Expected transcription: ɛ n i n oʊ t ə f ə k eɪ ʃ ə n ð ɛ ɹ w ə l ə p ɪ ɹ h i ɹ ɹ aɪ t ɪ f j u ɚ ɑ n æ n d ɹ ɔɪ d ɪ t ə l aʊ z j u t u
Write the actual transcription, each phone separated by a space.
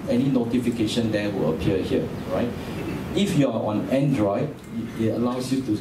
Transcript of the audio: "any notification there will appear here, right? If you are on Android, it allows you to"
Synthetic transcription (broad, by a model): ɛ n i n oʊ t ə f ə k eɪ ʃ ə n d ɛ w ə l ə p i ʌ h i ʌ ɹ aɪ t ɪ f j u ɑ ɑ n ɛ n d ɹ ɔɪ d ɪ t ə l aʊ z j u t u